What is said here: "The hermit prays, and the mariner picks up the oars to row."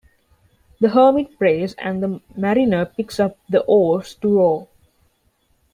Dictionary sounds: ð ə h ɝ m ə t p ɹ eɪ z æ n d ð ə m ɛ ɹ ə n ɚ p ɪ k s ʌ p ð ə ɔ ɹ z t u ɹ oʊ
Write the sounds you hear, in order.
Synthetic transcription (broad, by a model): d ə h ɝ m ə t p ɹ eɪ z æ n d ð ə m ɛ ɹ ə n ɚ p ɪ k s ʌ p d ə ɔ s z t u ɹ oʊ